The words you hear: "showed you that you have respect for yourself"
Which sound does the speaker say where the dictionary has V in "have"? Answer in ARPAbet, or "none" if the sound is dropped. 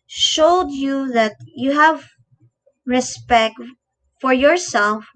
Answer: V